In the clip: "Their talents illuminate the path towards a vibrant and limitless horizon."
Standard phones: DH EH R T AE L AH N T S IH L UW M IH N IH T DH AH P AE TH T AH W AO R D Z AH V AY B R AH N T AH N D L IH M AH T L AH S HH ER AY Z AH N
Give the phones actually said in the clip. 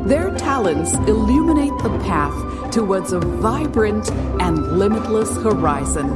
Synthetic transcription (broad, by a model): DH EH R T AE L AH N T S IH L UW M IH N IH T DH AH P AE TH T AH W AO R D Z AH V AY B R AH N T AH N L IH M AH T L AH S HH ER AY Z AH N